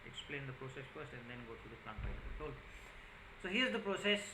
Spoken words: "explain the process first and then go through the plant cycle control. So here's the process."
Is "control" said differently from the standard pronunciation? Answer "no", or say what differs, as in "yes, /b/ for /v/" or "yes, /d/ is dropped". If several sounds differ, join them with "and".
yes, /n/ is dropped and /ɹ/ is dropped